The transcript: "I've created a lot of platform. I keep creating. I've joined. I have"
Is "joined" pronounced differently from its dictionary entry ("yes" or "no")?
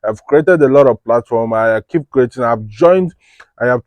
no